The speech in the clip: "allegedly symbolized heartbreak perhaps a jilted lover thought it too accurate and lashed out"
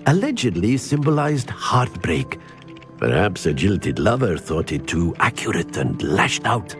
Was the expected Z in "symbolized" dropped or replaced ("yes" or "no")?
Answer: no